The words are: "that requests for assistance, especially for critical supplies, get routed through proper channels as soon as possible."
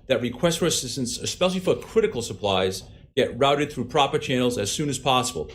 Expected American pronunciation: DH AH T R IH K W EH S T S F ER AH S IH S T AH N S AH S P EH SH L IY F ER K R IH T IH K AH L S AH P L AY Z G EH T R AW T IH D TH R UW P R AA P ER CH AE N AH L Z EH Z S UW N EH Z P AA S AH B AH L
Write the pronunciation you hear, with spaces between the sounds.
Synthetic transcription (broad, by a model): DH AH T R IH K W EH S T F ER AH S IH S T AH N S AH S P EH SH L IY F ER K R IH T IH K L S AH P L AY Z G EH T R AW T IH D TH R UW P R AA P ER CH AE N L Z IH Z S UW N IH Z P AA S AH B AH L